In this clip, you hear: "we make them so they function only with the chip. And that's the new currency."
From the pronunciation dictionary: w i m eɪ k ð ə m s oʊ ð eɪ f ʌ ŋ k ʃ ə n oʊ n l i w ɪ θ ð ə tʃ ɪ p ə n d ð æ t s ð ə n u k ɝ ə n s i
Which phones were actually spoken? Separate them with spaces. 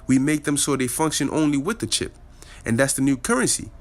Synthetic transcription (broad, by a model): w i m eɪ k ð ə m s oʊ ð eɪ f ʌ ŋ k ʃ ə n oʊ n l i w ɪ ð ə tʃ ɪ p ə n ð æ t s ð ə n u k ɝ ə n s i